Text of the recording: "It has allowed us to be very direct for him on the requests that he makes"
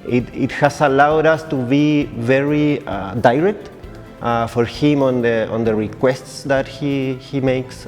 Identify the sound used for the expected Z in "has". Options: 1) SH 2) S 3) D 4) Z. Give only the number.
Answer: 2